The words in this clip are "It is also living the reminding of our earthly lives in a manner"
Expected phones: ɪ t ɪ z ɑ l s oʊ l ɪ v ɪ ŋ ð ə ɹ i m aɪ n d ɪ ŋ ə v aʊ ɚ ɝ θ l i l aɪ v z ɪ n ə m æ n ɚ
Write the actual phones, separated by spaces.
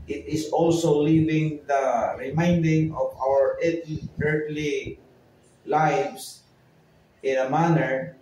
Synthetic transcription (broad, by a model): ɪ t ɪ s ɑ l s oʊ l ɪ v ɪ ŋ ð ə ɹ i m aɪ n d ɪ ŋ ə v aʊ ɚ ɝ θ l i l aɪ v s ɪ n ə m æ n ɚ